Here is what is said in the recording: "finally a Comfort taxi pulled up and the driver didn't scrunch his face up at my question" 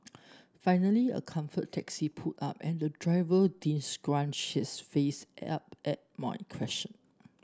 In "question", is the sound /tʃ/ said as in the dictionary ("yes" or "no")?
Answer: no